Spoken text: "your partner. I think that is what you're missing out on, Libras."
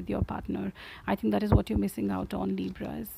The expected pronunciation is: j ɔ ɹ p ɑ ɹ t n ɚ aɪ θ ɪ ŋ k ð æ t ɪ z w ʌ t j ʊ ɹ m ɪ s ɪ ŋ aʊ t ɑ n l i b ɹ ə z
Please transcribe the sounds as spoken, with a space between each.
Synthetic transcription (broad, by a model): j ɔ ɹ p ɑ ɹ t n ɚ aɪ t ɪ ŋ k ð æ t ɪ z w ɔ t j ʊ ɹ m ɪ s ɪ ŋ aʊ t ɑ n l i b ɹ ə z